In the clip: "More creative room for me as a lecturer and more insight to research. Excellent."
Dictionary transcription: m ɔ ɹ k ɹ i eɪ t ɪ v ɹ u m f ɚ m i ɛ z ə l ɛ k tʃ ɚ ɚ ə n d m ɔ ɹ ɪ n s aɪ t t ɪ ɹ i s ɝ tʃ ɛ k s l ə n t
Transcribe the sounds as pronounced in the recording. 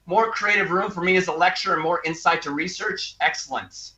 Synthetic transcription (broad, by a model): m ɔ ɹ k ɹ i eɪ t ɪ v ɹ u m f ɚ m i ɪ z ə l ɛ k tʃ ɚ ɚ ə n m ɔ ɹ ɪ n s aɪ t t ɪ ɹ i s ɝ tʃ ɛ k s l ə n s